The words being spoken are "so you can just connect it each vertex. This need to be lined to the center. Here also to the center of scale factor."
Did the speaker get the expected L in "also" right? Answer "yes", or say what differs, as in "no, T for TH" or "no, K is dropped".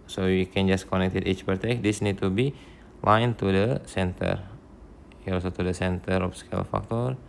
no, L is dropped